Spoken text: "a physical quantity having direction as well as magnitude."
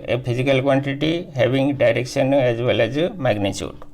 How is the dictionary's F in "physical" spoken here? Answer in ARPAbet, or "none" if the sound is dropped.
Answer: P